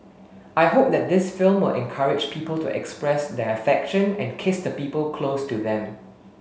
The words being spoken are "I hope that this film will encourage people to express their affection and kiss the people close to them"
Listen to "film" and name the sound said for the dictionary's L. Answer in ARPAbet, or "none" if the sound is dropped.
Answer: L